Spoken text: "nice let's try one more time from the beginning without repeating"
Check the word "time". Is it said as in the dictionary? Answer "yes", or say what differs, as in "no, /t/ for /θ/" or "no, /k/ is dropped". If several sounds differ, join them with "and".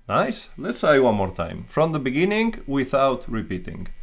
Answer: yes